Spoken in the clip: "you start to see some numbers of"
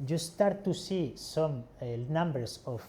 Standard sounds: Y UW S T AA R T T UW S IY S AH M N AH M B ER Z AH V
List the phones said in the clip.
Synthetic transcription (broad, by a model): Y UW S T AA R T T UW S IY S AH M N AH M B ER S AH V